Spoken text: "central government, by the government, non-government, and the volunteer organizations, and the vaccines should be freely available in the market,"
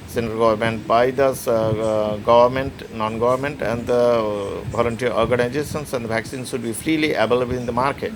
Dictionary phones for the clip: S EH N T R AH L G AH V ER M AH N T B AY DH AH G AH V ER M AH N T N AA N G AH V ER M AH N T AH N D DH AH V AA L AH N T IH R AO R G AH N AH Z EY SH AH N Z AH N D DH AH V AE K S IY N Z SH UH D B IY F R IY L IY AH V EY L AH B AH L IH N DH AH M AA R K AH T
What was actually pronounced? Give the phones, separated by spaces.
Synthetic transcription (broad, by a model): S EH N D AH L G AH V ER M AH N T B AY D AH G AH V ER M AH N T N AA N G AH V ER M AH N T AH N D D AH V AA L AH N T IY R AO R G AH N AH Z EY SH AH N S AH N D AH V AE K S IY N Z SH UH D B IY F R IY L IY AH B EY L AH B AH IH N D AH M AA R K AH T